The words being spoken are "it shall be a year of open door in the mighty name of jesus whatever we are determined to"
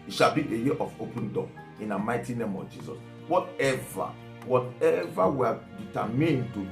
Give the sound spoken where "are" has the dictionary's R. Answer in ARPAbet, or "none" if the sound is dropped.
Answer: W